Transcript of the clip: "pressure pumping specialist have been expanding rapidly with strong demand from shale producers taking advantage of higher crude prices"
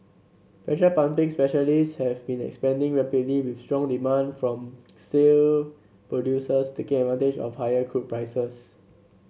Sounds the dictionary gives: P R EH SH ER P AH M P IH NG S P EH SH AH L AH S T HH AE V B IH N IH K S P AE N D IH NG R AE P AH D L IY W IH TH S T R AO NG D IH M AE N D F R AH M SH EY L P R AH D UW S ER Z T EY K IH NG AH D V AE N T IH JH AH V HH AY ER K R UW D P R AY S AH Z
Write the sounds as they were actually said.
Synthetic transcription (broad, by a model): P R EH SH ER P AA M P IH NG S P EH SH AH L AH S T HH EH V B IH N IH K S P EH N D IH NG R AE P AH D L IY W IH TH S T R AO NG D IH M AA N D F R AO M S EY L P R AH D UW S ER S T EY K IH NG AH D V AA N T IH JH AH F HH AY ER K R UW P P R AY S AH S